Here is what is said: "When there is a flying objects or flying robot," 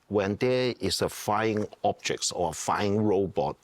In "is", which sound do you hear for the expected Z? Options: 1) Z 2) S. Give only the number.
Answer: 2